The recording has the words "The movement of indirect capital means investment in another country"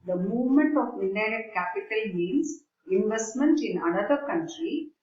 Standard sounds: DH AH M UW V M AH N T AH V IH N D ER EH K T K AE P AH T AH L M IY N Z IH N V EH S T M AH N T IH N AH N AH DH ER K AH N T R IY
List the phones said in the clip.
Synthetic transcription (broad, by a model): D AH M UW V M AH N T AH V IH N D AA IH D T K AE P AH T AH L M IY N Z IH N V EH S T M AH N T IH N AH N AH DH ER K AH N T R IY